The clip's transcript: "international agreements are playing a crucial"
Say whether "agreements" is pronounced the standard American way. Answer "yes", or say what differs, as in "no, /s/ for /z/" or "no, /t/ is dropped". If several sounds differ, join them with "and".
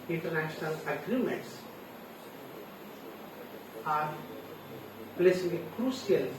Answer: yes